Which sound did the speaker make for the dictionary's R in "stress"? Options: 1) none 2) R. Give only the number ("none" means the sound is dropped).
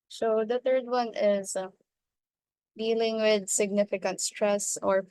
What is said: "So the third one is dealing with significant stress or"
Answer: 2